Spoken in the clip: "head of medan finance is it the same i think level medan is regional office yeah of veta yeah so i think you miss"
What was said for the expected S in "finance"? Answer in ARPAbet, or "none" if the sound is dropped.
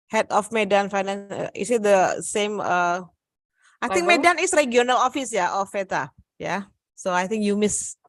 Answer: none